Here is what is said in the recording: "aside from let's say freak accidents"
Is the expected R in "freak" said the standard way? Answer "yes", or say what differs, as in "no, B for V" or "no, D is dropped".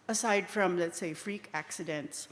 yes